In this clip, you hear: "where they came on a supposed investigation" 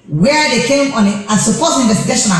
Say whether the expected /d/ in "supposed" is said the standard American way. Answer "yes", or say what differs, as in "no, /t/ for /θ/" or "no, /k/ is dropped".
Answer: no, /d/ is dropped